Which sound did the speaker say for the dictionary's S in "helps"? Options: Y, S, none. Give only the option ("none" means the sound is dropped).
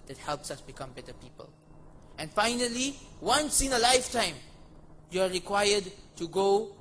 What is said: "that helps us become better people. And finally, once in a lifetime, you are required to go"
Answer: S